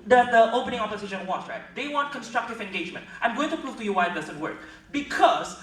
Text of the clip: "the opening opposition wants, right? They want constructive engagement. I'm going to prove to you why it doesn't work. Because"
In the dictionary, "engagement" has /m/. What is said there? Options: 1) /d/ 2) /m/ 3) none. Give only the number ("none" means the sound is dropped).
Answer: 2